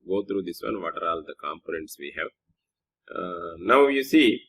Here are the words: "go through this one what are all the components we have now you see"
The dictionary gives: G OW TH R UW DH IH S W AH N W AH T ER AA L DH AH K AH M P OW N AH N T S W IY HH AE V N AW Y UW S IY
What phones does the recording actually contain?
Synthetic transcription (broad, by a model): G OW T R UW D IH S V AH N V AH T ER AA L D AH K AH M P OW N AH N T S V IY HH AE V N AW Y UW S IY